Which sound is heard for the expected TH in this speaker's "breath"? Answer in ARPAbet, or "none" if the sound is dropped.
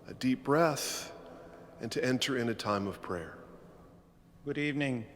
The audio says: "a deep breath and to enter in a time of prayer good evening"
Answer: TH